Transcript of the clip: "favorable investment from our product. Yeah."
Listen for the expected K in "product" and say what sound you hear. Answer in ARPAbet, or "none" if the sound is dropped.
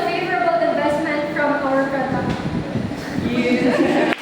none